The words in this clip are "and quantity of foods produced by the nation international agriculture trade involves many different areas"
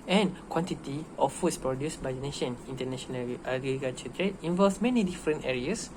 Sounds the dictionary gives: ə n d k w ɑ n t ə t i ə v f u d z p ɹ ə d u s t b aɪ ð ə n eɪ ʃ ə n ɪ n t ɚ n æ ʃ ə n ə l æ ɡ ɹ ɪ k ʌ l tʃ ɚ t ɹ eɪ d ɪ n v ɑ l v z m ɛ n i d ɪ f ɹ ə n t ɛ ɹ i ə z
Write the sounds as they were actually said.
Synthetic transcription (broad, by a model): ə n k w ɑ n t ə t i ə f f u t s p ɹ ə d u s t b aɪ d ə n eɪ ʃ ə n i n t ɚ n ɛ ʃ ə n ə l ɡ ɪ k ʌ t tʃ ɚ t ɹ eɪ ɪ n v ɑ l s m ɛ n i d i f ɹ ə n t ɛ ɹ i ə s